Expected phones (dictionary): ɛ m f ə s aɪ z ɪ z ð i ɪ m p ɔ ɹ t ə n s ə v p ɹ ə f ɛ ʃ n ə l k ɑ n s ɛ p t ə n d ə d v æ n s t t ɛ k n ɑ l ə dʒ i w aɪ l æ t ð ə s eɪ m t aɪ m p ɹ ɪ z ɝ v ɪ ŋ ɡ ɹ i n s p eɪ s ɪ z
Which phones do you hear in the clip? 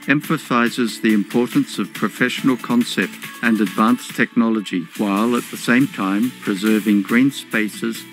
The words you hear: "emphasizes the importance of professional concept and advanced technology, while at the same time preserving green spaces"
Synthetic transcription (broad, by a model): ɛ m f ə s aɪ z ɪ z ð i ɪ m p ɔ ɹ t n s ə v p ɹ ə f ɛ ʃ n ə l k ɑ n s ɛ p t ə n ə d v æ n s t t ɛ k n ɑ l ə dʒ i w aɪ l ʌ t ð ə s eɪ m t aɪ m p ɹ ɪ z ɝ v ɪ ŋ ɡ ɹ i n s p eɪ s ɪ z